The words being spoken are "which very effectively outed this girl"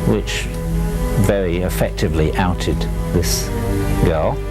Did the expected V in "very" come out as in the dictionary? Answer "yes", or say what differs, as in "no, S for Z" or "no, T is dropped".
yes